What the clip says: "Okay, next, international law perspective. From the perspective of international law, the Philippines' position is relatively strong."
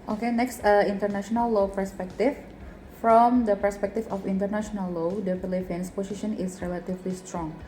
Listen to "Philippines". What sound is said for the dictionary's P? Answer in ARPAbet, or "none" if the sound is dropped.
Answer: F